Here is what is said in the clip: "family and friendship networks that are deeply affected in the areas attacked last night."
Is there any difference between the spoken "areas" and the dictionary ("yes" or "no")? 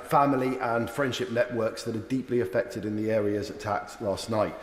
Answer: no